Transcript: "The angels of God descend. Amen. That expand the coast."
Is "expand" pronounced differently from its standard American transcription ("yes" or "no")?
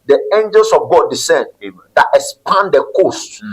yes